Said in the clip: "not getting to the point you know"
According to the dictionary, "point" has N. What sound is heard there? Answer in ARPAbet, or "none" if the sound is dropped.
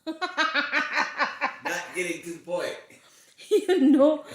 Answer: none